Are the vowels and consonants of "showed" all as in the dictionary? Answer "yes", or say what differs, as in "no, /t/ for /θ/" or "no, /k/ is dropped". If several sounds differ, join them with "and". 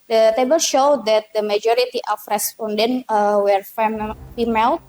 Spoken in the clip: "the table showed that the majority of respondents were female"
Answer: yes